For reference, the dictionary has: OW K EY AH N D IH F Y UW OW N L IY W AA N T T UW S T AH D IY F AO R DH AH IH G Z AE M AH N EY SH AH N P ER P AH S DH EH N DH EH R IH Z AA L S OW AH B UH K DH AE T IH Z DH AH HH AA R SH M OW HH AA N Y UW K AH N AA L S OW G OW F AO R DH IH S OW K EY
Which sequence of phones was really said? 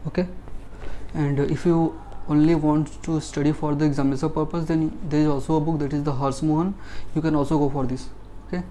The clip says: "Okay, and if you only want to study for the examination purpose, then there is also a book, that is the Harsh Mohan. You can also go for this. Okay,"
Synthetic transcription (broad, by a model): OW K EY AH N D IH F Y UW OW N L IY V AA N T T UW S T AH D IY F AO R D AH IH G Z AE M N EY S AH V P ER P AH S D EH N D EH R IH Z AA L S OW AH B UH K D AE T IH Z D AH HH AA R S M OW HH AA N Y UW K AH N AA L S OW G OW F AO R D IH S OW K EY